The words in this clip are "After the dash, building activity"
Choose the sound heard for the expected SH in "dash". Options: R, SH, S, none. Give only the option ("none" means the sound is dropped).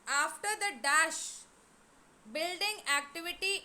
SH